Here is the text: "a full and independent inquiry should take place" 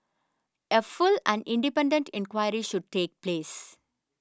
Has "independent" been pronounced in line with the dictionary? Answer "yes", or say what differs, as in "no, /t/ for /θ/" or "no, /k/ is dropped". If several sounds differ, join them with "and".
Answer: yes